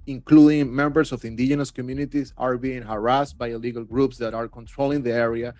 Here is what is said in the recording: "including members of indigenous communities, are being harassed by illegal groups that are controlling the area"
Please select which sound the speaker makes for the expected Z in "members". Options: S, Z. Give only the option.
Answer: S